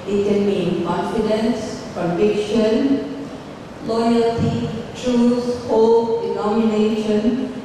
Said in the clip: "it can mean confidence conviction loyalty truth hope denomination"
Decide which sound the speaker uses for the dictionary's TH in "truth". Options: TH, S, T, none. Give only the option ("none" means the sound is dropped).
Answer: S